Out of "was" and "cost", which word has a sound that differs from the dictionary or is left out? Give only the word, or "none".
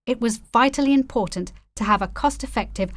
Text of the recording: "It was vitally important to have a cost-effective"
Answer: none